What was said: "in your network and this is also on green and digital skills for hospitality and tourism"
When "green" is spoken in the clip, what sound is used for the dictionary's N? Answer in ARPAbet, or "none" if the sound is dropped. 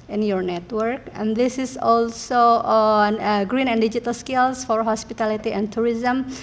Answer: N